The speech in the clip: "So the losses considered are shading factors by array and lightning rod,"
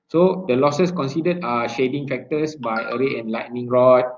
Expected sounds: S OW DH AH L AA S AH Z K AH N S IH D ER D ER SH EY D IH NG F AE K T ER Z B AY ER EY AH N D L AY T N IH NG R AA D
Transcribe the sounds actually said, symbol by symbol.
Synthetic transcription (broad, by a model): S OW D AH L AA S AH S K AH N S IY D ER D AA SH EY D IH NG F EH K T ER S B AY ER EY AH N L AY T N IH NG R AA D